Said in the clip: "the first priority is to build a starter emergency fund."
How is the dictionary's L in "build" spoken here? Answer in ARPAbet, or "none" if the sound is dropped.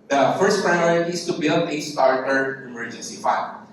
L